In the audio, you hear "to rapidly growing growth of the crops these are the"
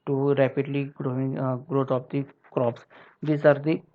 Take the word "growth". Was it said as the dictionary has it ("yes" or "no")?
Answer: no